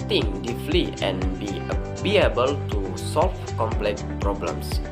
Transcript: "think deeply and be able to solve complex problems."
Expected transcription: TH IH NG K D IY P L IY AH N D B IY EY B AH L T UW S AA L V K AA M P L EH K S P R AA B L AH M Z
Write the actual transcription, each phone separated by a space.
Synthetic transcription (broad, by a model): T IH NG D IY F L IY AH N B B IY EY B AH L T UW S AA L F K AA M P L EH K P R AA B L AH M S